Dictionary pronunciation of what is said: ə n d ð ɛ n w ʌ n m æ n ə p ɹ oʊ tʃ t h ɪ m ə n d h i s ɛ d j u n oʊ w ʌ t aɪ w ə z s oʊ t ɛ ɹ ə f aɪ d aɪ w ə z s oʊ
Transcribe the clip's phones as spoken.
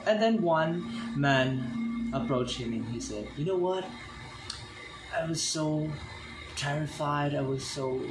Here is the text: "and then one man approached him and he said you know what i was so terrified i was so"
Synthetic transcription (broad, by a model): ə n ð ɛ n w ʌ n m æ n ə p ɹ oʊ tʃ t h ɪ m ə n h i s ɛ d j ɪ n oʊ w ʌ t aɪ w ə z s oʊ t ɛ ɹ ə f aɪ d aɪ w ə z s oʊ